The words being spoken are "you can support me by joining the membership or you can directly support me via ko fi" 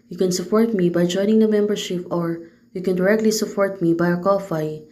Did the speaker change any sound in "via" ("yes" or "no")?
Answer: yes